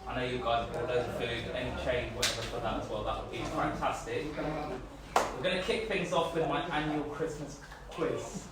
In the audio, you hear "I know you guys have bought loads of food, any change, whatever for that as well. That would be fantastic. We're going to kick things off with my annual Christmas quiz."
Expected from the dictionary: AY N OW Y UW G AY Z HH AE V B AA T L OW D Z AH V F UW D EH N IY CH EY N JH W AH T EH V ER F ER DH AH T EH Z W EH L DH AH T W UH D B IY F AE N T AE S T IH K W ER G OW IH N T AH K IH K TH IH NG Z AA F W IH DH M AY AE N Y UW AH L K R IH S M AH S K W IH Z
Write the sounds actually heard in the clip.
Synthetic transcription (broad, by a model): AY N OW Y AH G AY Z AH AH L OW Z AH F UW D EH N IY CH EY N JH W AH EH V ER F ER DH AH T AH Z W EH L DH AH T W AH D B IY F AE N T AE S T IH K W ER G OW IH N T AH K IH K TH IH NG Z AA F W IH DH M AY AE N Y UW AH L K R IH S M AH S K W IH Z